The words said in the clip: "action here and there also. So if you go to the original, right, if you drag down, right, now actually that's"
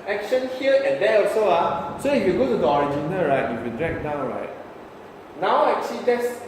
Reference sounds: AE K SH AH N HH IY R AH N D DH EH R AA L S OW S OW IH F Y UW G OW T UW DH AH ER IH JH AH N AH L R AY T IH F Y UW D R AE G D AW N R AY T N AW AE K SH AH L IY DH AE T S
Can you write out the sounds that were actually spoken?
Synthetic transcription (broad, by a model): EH K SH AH N HH IY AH AH N D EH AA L S OW S OW IH F Y UW G OW T UW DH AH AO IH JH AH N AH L R AY T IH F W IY D R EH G D AW N R AY T N AW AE K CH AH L IY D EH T S